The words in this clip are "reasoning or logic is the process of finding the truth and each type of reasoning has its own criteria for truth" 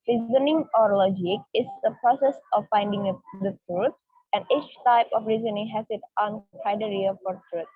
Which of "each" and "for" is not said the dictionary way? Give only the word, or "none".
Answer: none